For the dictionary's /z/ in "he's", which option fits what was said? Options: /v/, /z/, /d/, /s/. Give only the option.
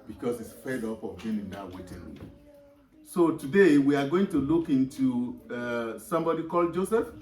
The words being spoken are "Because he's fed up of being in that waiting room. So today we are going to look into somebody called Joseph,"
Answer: /s/